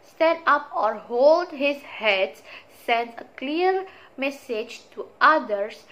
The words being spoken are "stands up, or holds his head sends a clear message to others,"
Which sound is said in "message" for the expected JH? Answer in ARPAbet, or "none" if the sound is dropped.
JH